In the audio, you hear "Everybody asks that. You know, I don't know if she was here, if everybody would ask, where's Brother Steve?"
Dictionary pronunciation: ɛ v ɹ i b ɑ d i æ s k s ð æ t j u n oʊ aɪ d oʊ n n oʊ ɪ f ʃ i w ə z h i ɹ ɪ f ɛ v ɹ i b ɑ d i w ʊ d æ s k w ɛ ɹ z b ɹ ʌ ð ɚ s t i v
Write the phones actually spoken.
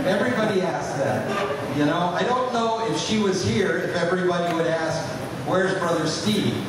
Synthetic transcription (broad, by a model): ɛ v ɹ i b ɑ d i æ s s ð æ t j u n oʊ aɪ d oʊ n n oʊ ɪ f ʃ i w ə z h i ɹ ɪ f ɛ v ɹ i b ɑ d i w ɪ d æ s k w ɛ ɹ z b ɹ ʌ ð ɚ s t i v